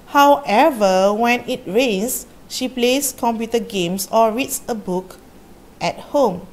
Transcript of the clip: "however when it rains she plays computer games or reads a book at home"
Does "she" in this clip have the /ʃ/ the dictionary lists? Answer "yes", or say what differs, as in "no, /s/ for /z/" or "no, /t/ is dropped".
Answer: yes